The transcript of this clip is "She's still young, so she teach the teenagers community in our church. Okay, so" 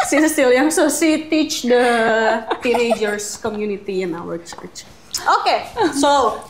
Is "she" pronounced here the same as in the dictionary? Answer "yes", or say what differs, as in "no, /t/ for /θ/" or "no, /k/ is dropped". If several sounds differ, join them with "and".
no, /s/ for /ʃ/